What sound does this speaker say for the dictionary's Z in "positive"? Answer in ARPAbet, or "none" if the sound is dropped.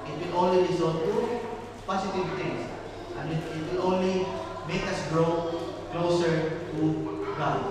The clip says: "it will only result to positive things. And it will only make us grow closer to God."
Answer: S